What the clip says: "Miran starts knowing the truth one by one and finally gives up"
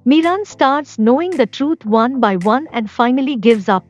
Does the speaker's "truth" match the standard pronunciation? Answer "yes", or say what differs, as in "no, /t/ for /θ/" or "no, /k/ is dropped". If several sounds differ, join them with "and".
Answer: no, /t/ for /θ/